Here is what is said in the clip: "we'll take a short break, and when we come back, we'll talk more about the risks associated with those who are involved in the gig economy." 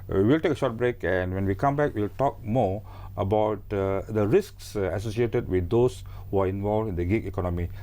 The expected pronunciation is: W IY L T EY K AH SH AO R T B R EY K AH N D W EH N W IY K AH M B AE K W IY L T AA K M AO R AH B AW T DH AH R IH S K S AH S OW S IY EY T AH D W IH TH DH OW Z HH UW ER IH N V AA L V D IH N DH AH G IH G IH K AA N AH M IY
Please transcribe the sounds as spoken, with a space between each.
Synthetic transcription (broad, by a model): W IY L T EY K AH SH AO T B R EY K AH N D W EH N W IY K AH M B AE K W IY L T AA K M AO AH B AW T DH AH R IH S K S AH S OW S IY EY T AH D W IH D OW S HH UW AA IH N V AA L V IH N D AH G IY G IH K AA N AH M IY